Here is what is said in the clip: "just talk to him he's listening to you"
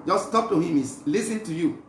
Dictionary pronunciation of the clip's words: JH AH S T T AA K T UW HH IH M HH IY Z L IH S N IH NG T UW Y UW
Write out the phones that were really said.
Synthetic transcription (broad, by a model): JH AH S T T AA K T UW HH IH M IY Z L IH S IH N T UW Y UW